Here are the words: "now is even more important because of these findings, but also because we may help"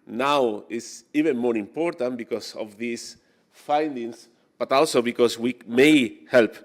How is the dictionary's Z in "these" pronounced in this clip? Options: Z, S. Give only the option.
S